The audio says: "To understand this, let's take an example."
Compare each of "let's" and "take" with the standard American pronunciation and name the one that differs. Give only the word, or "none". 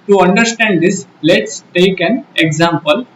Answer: none